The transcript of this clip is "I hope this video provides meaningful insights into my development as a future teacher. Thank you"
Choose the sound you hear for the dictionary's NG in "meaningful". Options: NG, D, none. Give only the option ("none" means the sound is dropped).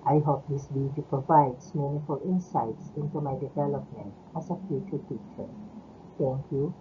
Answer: none